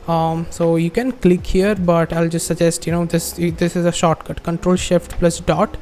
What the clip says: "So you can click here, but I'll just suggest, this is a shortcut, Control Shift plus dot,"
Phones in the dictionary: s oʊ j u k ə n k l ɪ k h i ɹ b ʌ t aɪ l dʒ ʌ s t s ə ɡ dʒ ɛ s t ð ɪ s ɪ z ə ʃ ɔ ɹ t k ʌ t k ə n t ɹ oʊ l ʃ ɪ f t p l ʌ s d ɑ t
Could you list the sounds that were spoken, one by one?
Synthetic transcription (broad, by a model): s oʊ j u k ə n k l ɪ k h i ɹ b ʌ t aɪ l dʒ ʌ s t s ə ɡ dʒ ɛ s t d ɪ s ɪ z ə ʃ ɔ ɹ t k ʌ t k ə n t ɹ oʊ l ʃ ɪ f t p l ʌ s d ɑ t